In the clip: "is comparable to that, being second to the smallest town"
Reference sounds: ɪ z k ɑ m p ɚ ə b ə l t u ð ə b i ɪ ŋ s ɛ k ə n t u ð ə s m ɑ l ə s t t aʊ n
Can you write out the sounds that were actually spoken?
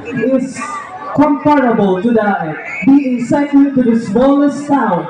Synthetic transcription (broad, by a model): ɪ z k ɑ m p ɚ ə b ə l t u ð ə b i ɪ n s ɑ ə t t u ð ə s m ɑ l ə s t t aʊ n